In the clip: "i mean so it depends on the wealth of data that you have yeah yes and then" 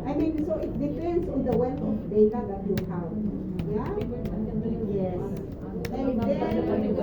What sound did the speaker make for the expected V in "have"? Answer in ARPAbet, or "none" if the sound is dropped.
W